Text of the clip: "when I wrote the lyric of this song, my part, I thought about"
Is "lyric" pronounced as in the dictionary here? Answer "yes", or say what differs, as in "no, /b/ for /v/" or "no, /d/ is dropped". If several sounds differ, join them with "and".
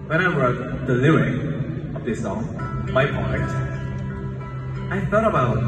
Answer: no, /ɹ/ is dropped